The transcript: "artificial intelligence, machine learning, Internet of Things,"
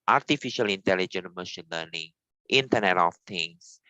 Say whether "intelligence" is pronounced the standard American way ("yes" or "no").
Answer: no